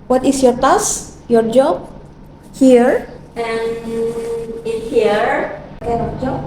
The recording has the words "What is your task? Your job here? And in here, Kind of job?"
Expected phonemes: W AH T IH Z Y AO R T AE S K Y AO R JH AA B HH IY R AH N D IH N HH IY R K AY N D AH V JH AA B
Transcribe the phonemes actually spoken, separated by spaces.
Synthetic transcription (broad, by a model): W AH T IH S Y AO R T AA S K Y AO R JH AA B HH IY R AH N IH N HH IY R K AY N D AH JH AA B